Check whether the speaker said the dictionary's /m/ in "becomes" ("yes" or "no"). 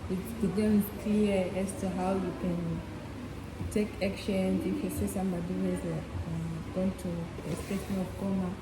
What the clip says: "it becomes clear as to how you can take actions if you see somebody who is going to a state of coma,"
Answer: no